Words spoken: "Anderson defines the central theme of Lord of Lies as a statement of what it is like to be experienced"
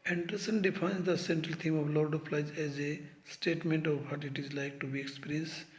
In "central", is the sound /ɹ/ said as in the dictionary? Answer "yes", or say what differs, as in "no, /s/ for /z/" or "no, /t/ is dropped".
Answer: yes